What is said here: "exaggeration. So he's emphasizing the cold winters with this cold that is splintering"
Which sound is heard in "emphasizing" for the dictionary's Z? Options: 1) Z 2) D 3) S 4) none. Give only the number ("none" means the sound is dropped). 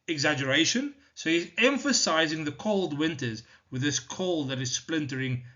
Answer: 1